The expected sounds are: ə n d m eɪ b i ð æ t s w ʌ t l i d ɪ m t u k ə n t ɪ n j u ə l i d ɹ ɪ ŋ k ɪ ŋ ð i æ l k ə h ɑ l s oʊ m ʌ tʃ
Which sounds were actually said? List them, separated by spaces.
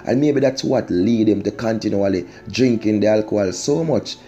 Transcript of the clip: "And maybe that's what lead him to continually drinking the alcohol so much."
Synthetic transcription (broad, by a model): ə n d m eɪ b i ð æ t s w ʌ t l i d ɪ m t u k ə n t ɪ n j u ə l i d ɹ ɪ ŋ k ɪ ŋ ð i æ l k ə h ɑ l s oʊ m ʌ tʃ